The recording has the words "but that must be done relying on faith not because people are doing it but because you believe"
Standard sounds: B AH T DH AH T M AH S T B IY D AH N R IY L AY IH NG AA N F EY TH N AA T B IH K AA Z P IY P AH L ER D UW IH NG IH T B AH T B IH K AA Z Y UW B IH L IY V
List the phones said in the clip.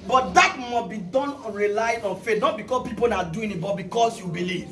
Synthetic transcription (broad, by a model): B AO T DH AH T M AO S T B IY D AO N R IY L AY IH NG AA N F EY T N AA T B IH K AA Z P IY P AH N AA D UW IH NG IH T B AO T B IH K AA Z Y UW B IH L IY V